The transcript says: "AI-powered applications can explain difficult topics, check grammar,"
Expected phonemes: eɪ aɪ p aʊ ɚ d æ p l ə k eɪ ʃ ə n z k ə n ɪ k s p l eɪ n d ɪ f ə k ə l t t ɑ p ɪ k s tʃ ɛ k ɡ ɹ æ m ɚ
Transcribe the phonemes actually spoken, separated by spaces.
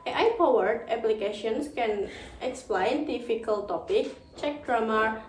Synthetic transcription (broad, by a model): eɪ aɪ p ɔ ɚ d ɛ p l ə k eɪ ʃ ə n s k ə n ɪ k s p l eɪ n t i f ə k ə l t t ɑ p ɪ k tʃ ɛ k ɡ ɹ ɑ m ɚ